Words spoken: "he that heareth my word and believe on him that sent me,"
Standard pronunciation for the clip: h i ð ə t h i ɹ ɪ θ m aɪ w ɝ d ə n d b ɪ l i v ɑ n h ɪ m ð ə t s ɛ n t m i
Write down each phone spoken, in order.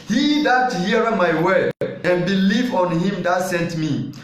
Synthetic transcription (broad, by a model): h i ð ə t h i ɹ m aɪ w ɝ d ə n b ɪ l i v ɑ n h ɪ m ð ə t s ɛ n t m i